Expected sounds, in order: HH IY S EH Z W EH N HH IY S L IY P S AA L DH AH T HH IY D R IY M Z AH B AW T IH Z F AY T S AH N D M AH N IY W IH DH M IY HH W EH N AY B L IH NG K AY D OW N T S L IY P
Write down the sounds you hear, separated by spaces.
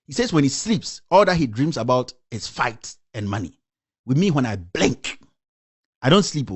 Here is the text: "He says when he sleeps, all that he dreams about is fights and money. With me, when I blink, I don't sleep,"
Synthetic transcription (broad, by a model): HH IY S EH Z W EH N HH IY S L IY P S AA L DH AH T HH IY D R IY M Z AH B AW T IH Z F AY T AH N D M AH N IY W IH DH M IY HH W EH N AY B L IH NG K AY D OW N T S L IY P